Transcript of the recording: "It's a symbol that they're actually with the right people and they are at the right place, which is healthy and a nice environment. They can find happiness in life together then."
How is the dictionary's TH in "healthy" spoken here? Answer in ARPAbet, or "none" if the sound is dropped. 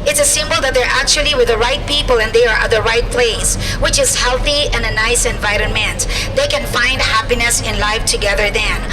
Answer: TH